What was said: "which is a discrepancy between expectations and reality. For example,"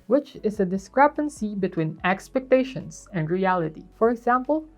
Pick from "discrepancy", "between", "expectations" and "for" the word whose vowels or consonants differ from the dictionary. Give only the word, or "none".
expectations